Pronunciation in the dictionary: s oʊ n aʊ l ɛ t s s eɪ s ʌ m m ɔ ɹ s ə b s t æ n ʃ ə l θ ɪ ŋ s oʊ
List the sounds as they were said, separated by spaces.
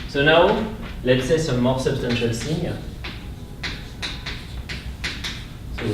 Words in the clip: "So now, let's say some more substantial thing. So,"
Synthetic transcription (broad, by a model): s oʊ n aʊ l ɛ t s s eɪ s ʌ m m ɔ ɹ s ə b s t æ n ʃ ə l s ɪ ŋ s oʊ